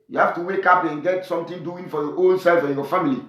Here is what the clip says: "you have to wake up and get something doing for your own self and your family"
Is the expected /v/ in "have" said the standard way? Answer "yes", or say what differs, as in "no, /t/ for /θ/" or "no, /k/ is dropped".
no, /f/ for /v/